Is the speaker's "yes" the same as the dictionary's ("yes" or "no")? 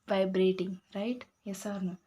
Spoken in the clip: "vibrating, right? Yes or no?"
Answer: yes